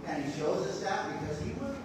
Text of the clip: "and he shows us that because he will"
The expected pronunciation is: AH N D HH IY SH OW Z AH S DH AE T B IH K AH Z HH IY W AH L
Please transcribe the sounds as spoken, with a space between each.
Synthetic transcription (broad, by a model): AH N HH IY SH OW Z AH S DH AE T B IH K AH Z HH IY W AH